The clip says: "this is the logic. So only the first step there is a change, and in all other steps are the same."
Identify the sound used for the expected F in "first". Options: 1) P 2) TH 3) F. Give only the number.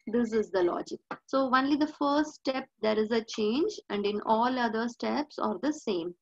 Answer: 3